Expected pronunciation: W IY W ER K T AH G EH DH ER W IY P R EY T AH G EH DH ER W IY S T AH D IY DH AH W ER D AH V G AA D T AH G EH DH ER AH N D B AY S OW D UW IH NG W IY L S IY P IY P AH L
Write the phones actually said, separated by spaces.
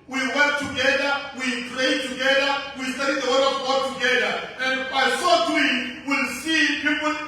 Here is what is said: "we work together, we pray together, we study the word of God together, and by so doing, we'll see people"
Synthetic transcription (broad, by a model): W IY W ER K T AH G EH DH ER W IY P R EY T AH G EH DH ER W IY S T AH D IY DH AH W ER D AH V G AA D T AH G EH DH ER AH N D B AY S OW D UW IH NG W IY L S IY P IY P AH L